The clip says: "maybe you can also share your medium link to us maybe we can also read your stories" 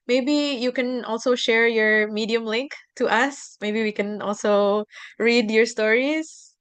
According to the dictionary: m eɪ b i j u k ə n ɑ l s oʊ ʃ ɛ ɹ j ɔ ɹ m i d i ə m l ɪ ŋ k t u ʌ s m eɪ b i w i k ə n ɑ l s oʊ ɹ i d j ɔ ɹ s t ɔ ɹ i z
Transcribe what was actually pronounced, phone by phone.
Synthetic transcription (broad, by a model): m eɪ b i j u k ə n ɑ l s oʊ ʃ ɛ ɹ j ɔ ɹ m i d i ə m l ɪ ŋ k t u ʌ s m eɪ b i w i k ə n ɑ l s oʊ ɹ i d j ɔ ɹ s t ɔ ɹ i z